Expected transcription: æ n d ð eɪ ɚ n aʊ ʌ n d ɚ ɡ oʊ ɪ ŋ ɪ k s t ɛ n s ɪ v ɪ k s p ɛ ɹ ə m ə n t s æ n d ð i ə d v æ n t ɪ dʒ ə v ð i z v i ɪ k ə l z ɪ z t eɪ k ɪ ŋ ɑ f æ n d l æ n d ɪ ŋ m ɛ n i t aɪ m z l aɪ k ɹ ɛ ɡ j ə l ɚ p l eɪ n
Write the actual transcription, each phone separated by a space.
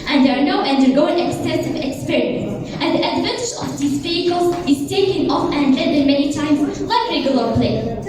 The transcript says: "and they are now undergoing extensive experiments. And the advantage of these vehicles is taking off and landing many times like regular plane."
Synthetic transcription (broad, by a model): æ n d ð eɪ ɚ n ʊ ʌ n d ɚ ɡ oʊ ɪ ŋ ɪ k s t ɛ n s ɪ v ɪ k s p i ɹ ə ə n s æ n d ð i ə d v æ n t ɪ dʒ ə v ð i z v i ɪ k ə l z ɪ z t eɪ k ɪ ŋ ɑ f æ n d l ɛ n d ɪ m ɛ n i t aɪ m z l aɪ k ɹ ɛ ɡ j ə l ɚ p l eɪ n